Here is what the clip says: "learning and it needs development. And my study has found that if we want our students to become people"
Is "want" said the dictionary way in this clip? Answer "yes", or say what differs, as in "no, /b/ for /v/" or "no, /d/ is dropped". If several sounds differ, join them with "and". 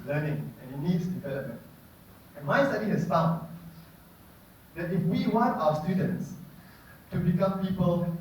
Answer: yes